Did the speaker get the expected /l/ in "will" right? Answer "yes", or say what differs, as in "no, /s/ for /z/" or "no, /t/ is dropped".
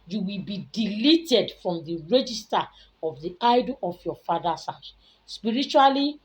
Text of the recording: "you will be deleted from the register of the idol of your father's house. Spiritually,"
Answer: yes